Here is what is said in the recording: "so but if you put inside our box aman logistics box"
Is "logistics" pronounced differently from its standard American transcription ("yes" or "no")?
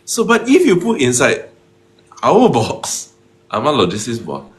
yes